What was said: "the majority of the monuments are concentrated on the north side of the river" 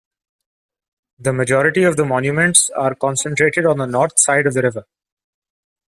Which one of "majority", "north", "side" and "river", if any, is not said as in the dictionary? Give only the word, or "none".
north